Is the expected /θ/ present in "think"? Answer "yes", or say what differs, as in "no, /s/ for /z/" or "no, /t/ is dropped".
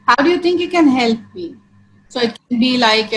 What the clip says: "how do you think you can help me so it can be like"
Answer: no, /t/ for /θ/